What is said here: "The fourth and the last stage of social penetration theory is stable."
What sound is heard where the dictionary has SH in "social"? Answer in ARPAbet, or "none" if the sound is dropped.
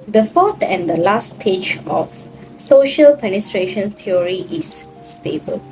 SH